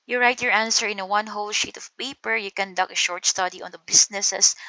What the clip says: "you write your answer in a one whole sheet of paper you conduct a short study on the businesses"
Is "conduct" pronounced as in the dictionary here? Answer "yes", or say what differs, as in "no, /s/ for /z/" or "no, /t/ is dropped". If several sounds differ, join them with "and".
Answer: no, /t/ is dropped